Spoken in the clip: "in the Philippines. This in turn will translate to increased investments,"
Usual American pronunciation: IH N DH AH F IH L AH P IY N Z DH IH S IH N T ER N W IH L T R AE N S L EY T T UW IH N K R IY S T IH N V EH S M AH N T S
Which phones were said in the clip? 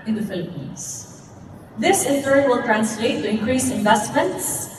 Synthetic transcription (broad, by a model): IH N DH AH F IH L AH P IY N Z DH IH S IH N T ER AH W IH L T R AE N S L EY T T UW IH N K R IY S IH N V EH S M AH N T S